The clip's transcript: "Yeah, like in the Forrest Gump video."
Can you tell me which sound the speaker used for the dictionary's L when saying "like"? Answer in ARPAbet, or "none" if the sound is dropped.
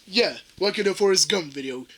W